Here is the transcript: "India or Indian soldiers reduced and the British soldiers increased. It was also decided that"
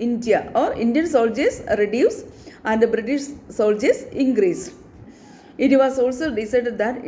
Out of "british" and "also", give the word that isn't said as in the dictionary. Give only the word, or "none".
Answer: none